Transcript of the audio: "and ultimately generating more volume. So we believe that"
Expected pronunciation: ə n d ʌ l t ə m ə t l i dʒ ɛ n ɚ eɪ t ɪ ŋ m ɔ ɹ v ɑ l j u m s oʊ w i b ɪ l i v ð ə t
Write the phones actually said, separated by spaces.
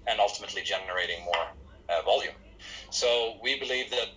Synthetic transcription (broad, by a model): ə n ʌ l t ə m ə t l i dʒ ɛ n ɚ eɪ t ɪ ŋ m ɔ ɹ v ɑ l j u m s oʊ w i b ɪ l i v ð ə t